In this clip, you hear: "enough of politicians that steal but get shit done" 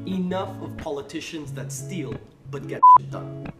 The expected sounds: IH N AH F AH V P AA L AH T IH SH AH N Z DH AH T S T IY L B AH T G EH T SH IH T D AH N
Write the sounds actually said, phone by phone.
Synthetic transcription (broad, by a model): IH N AH F AH V P AA L AH T IH SH AH N Z DH AH T S T IY L B AH T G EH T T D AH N